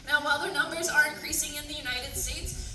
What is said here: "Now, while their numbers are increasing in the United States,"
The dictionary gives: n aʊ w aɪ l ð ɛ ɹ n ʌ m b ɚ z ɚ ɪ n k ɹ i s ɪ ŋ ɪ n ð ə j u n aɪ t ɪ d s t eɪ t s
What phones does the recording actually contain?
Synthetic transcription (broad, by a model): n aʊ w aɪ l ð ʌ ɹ n ʌ m b ɚ z ɚ ɪ n k ɹ i s ɪ ŋ ɪ n ð ə j u n aɪ t ɪ d s t eɪ t s